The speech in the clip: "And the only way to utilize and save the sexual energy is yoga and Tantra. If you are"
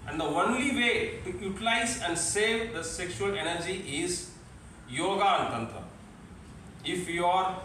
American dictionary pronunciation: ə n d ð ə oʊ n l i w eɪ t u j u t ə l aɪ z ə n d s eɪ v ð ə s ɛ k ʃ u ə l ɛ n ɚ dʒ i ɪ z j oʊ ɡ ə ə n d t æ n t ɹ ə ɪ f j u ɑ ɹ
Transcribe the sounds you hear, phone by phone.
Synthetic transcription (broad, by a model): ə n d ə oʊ n l i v eɪ t u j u t l aɪ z ə n d s eɪ v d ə s ɛ k ʃ u ə l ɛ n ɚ dʒ i ɪ z j oʊ ɡ ə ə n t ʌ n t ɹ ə ɪ f j u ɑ ɹ